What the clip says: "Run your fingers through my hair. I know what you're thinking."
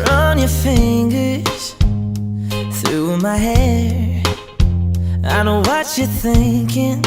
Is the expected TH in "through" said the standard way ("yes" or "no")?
yes